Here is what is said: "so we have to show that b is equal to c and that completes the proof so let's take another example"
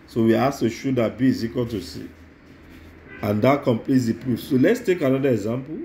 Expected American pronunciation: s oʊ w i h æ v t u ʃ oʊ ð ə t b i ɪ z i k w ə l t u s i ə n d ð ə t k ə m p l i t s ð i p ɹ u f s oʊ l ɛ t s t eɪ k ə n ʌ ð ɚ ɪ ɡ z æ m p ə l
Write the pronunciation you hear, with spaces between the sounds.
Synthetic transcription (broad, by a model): s oʊ w i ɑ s t u ʃ oʊ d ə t b i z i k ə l t u s i ə n d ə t k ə m p l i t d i p ɹ u f s oʊ l ɛ t s t eɪ k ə n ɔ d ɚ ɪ ɡ z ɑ m p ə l